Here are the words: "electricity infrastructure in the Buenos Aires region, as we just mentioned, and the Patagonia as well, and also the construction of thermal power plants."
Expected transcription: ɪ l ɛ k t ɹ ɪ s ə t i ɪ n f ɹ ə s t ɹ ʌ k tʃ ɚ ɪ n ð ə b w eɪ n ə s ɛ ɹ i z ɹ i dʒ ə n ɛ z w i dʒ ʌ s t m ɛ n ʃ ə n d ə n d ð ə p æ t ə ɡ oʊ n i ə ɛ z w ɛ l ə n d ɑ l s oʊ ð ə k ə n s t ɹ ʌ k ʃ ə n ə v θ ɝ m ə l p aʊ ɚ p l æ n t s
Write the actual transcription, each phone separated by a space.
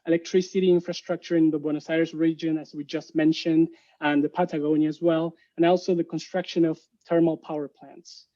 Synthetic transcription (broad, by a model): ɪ l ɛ k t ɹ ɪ s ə t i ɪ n f ɹ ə s t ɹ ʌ k tʃ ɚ ɪ n ð ə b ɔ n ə s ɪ ɹ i s ɹ i dʒ ə n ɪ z w i dʒ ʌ s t m ɛ n ʃ ə n d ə n ð ə p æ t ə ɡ oʊ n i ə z w ɛ l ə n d ɑ l s oʊ ð ə k ə n s t ɹ ʌ k ʃ ə n ə v t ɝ m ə l p aʊ ɚ p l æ n t s